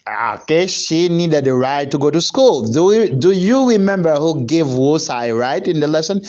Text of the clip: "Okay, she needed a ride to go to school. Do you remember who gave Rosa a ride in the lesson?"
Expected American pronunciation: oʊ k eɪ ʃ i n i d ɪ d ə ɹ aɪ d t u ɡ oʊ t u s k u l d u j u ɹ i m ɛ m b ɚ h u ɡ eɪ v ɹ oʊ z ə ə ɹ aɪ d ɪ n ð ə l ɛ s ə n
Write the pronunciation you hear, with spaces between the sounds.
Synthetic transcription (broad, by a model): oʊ k eɪ ʃ i n i d ɪ d ə ɹ aɪ t u ɡ oʊ t u s k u l d u j u ɹ i m ɛ m b ɚ h u ɡ eɪ v w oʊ s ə ə ɹ aɪ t ɪ n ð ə l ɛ s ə n